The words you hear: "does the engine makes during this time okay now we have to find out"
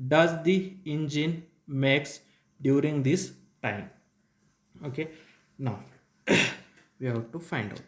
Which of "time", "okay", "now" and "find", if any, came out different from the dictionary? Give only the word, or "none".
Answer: none